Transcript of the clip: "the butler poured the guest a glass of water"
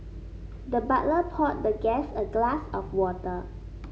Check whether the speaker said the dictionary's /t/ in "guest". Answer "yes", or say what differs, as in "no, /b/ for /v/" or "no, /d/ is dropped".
no, /t/ is dropped